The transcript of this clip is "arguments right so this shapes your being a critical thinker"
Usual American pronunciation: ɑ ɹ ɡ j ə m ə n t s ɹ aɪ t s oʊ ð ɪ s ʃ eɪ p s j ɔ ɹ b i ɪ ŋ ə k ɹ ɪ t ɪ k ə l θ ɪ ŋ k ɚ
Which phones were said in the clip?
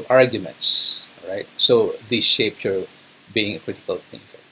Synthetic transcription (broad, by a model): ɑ ɹ ɡ j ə m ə n t s ɹ aɪ t s oʊ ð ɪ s ʃ eɪ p j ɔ ɹ b i ɪ ŋ ə k ɹ ɪ t ɪ k ə l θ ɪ ŋ k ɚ